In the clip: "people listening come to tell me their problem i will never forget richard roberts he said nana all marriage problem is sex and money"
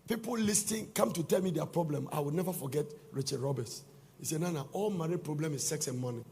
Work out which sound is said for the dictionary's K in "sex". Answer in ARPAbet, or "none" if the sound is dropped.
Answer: K